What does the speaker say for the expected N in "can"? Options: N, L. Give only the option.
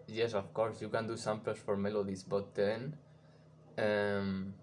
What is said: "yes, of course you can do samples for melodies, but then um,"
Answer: N